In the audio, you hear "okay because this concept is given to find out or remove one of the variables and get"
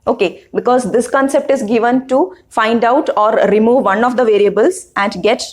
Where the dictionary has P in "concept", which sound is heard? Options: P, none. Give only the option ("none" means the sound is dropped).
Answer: P